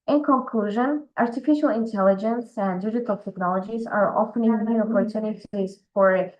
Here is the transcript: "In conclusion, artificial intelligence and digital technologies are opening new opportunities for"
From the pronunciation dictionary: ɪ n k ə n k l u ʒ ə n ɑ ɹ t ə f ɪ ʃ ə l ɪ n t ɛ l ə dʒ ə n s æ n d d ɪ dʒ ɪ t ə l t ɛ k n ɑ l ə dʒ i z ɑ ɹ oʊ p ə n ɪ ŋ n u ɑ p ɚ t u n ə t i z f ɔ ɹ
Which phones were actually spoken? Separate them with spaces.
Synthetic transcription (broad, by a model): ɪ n k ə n k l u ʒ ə n ɑ ɹ t ə f ɪ ʃ ə l ɪ n t ɛ l ə dʒ ə n s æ n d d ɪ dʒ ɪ t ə l t ɛ k n ɑ l ə dʒ i z ɑ ɹ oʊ f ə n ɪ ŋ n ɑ p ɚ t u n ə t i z f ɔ ɹ